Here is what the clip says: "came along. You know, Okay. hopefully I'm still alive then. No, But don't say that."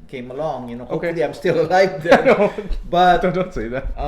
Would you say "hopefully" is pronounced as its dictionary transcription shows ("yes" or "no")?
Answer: no